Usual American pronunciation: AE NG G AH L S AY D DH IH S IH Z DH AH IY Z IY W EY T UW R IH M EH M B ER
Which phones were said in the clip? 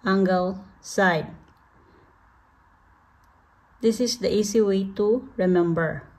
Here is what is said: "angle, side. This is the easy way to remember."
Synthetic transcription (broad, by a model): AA NG G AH L S AY D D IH S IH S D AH IY S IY W EY T UW R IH M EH M B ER